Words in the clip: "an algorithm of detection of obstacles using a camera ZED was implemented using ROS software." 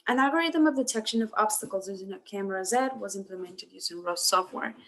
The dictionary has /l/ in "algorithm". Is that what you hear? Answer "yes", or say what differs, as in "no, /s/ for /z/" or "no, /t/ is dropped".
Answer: no, /l/ is dropped